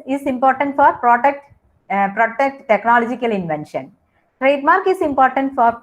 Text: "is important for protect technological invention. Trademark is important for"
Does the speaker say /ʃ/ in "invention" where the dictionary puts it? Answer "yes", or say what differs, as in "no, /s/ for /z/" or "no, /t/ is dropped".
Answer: yes